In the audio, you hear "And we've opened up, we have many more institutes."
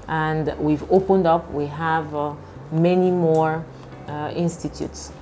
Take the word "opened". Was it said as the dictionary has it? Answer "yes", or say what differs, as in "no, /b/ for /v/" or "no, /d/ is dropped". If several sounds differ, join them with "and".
yes